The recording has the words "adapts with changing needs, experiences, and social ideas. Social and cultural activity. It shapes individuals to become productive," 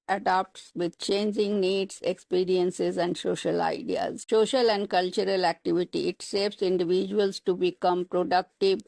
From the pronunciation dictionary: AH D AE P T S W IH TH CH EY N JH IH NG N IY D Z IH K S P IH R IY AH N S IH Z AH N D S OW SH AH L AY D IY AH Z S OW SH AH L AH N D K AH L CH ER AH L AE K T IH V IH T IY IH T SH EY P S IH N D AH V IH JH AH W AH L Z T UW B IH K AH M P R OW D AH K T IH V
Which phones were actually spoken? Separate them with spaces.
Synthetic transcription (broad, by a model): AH D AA P T S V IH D CH EY N JH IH NG N IY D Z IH K S P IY R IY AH N S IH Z AH N D S OW SH AH L AY D IY AH Z S OW SH AH L AH N D K AH L CH ER AH L AE K T IH V IH T IY IH T S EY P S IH N D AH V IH JH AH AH L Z T UW B IH K AH M P R OW D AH K T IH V